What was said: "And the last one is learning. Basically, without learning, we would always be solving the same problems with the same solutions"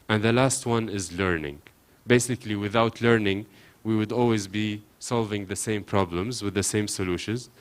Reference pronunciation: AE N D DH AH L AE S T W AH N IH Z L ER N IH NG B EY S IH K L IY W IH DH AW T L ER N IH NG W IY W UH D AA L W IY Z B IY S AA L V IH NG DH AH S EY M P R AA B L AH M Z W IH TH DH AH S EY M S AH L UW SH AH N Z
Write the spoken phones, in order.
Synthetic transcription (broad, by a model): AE N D DH AH L AE S T W AH N IH Z L ER N IH NG B EY S IH K L IY W IH DH AW T L ER N IH NG W IY W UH D AA L W IY Z B IY S AA L V IH NG DH AH S EY M P R AA B L AH M Z W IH DH AH S EY M S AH L UW SH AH N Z